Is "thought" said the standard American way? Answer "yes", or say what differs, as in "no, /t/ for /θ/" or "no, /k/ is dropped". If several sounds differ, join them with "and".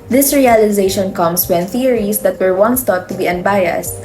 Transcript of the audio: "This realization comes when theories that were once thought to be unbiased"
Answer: no, /t/ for /θ/